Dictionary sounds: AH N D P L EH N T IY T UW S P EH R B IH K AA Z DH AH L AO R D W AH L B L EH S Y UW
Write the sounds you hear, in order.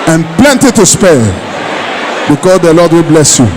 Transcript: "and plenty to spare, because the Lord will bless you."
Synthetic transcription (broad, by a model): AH N P L EH N T IY T UW S P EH L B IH K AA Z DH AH L AO D W AH L B L EH S Y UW